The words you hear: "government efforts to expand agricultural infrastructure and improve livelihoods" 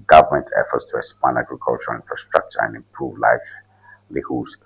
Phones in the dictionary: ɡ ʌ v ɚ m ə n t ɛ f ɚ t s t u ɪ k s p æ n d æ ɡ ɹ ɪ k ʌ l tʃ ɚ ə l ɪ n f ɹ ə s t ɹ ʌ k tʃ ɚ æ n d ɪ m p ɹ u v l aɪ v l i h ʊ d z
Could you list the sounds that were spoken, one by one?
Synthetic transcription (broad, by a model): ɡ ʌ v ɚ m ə n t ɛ f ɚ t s t u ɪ s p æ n æ ɡ ɹ ɪ k ʌ l tʃ ɚ ə l ɪ n f ɹ ə s t ɹ ʌ k tʃ ɚ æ n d ɪ m p ɹ u v l aɪ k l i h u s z